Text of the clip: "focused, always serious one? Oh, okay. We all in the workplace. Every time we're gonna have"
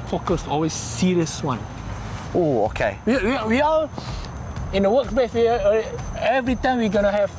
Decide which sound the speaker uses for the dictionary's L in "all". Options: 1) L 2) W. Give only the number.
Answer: 2